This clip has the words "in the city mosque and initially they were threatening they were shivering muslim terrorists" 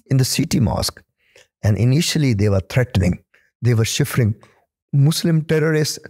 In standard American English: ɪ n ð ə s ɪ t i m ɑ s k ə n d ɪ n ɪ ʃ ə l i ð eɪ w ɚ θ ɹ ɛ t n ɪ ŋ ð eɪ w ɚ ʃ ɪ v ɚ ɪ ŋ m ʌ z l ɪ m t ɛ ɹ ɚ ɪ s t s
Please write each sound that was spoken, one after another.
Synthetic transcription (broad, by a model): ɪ n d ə s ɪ t i m ɑ s k ə n d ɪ n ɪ ʃ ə l i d eɪ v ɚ t ɹ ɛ t n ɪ ŋ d eɪ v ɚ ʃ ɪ f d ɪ ŋ m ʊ s l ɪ m t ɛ ɹ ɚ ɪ s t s